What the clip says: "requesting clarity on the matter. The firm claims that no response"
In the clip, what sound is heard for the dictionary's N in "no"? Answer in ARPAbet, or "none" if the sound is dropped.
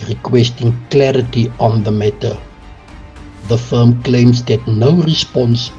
N